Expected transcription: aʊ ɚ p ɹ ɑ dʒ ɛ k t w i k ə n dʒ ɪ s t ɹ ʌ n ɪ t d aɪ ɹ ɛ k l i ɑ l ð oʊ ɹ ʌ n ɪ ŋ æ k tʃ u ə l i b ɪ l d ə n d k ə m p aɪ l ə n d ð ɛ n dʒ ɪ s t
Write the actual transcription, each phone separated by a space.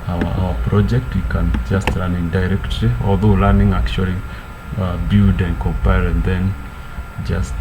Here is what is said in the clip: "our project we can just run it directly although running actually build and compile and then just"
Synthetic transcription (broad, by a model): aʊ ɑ p ɹ ɑ dʒ ɛ k t w i k ə n dʒ ɪ s t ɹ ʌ n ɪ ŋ d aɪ ɹ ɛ k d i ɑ l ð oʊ l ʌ n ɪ ŋ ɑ k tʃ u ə l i b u d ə n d k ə m p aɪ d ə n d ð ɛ n dʒ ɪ s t